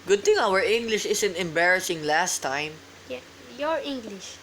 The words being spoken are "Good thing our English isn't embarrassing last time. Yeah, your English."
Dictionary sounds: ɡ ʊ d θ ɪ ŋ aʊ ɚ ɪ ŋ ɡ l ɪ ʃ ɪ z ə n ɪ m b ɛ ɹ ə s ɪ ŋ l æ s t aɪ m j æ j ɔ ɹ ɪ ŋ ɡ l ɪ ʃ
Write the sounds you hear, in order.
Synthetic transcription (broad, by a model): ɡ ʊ d t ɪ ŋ aʊ ɚ ɪ ŋ ɡ l ɪ ʃ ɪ s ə n ɪ m b ɛ ɹ ə s ɪ ŋ l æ s t aɪ m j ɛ j ɔ ɹ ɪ ŋ ɡ l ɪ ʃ